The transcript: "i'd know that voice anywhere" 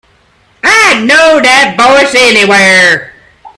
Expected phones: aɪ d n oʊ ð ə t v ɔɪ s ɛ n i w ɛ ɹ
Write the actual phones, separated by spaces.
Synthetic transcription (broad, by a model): aɪ n oʊ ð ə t b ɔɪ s ɛ n i w ɛ ɹ